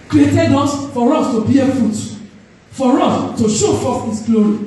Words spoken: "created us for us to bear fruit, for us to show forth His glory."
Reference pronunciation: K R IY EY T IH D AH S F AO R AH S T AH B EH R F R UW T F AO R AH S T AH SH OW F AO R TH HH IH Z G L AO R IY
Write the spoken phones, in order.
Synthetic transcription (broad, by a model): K R IY EY T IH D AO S F AO R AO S T AH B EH F UW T F AO R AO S T AH SH OW F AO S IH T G L AO R IY